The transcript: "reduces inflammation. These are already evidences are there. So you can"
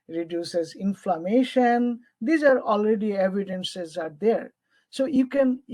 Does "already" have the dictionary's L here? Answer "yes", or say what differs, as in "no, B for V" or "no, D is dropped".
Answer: yes